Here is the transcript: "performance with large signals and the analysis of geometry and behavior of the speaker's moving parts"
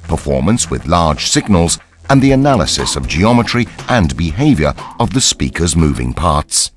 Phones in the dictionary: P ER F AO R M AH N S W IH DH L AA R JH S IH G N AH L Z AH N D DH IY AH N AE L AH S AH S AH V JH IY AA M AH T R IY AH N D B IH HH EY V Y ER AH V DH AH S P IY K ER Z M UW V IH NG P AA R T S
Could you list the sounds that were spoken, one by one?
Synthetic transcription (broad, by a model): P ER F AO R M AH N S W IH DH L AA R JH S IH G N AH L Z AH N DH IY AH N AE L AH S AH S AH V JH IY AA M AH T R IY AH N B IH HH EY V Y ER AH V DH AH S P IY K ER Z M UW V IH NG P AA R T S